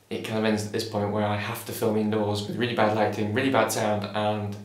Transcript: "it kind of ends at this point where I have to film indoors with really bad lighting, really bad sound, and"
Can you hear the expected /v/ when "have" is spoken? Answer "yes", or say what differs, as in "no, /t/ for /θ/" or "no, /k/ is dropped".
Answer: no, /f/ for /v/